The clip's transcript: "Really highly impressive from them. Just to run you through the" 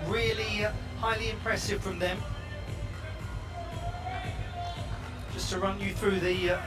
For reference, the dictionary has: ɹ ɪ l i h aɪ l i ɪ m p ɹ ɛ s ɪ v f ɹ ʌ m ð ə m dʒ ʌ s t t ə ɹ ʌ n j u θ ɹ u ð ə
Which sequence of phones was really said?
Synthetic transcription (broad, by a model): ɹ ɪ l i h aɪ l i ɪ m p ɹ ɛ s ɪ v f ɹ ʌ m ð ə m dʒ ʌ s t t ə ɹ ʌ n j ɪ θ ɹ u ð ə